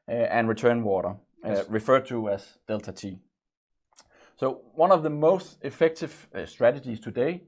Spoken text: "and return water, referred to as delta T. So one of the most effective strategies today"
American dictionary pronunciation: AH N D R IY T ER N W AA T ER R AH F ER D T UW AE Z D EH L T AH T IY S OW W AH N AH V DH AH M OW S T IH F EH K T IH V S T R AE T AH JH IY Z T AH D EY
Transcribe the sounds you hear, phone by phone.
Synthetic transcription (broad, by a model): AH N R IY T ER N W AA T ER R AH F ER D T UW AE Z D EH L T AH T IY S OW W AH N AH V DH AH M OW S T IH F EH K T IH V S T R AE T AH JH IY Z T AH D EY